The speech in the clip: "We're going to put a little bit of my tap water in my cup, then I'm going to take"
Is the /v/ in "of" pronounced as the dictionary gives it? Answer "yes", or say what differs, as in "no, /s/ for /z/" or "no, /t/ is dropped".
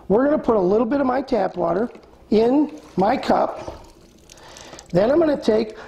yes